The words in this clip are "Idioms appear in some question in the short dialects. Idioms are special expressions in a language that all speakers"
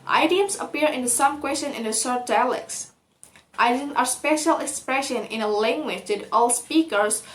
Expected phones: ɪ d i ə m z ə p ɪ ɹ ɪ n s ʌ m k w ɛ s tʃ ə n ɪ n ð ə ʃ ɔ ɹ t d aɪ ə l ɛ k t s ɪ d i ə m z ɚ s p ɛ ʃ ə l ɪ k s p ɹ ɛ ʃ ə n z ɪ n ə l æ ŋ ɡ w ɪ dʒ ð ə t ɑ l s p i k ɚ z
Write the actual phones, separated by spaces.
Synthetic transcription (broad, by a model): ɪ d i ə m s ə p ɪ ɹ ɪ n s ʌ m k w ɛ s tʃ ə n ɪ n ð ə s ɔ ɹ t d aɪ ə l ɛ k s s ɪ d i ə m ɚ s p ɛ ʃ ə l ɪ k s p ɹ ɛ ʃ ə n ɪ n ə l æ ŋ ɡ w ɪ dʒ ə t ɑ l s p i k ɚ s